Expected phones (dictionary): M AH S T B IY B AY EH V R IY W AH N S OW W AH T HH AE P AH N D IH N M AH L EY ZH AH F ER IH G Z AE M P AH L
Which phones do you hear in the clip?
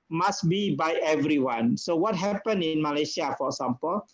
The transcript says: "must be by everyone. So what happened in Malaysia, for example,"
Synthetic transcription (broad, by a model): M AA S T B IY B AY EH V R IY W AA N S OW W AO T HH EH P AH N IH N M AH L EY SH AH F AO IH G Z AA M P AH L